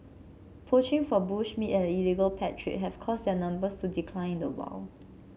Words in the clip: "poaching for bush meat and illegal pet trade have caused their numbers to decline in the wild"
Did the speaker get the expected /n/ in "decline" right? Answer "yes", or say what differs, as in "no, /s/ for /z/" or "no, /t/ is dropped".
no, /n/ is dropped